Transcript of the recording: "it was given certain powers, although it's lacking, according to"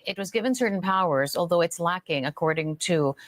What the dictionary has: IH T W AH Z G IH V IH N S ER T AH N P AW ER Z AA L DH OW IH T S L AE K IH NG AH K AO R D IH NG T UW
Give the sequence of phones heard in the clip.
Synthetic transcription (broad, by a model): IH T W AH Z G IH V IH N S ER T N P AW ER Z AA L DH OW IH T S L AE K IH NG AH K AO R D IH NG T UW